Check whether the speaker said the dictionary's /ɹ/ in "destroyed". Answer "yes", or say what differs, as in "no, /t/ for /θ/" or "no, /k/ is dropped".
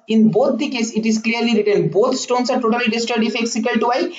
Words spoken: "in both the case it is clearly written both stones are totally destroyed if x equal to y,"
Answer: no, /ɹ/ is dropped